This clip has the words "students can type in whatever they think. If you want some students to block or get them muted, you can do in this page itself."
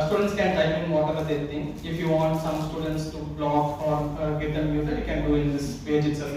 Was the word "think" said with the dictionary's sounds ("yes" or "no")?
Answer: no